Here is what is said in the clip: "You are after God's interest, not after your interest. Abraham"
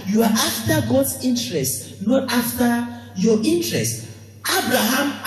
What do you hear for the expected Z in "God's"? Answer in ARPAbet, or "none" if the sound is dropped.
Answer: S